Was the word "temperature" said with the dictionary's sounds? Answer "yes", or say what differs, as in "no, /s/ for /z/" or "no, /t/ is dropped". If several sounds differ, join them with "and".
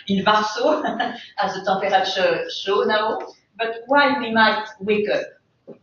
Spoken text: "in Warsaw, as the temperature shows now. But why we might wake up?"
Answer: no, /m/ is dropped